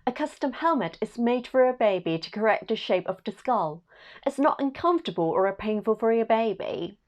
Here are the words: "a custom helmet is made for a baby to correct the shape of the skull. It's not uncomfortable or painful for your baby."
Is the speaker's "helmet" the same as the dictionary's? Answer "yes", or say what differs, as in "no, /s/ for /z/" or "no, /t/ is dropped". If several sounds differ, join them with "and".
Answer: yes